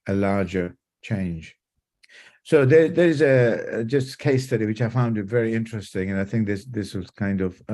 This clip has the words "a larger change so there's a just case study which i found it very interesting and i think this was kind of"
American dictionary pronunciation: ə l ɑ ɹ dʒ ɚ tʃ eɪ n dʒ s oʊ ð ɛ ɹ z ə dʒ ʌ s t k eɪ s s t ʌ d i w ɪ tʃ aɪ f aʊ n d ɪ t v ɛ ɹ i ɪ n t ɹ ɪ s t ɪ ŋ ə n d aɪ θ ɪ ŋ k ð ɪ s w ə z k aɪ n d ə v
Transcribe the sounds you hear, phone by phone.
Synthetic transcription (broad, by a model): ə l ɑ ɹ dʒ ɚ tʃ eɪ n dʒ s oʊ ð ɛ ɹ z ə dʒ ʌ s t k eɪ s s t ʌ d i w ɪ tʃ aɪ f aʊ n d ɪ t v ɛ ɹ i ɪ n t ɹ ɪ s t ɪ ŋ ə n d aɪ θ ɪ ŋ k ð ɪ s w ə z k aɪ n d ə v